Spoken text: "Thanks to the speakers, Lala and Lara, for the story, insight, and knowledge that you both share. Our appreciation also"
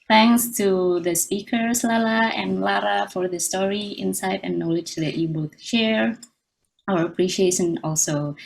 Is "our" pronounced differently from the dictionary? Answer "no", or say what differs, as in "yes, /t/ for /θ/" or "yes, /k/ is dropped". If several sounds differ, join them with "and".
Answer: no